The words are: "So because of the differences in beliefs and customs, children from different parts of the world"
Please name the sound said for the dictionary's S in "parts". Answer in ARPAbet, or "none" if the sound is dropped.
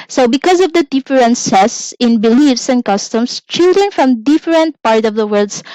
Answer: none